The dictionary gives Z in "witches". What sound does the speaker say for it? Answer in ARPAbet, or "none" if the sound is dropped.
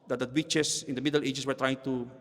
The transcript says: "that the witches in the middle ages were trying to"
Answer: S